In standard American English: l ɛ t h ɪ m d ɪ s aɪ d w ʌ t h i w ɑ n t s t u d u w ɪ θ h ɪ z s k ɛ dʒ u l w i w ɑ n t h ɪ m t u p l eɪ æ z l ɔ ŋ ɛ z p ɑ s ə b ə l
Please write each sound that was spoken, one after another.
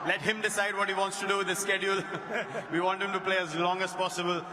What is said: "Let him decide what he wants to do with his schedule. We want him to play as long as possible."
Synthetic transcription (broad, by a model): l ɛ t h ɪ m d ɪ s aɪ d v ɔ t h i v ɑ n t s t u d u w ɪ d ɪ s k ɛ dʒ u l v i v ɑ n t h ɪ m t u p l eɪ æ z l ɔ ŋ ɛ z p ɑ s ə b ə l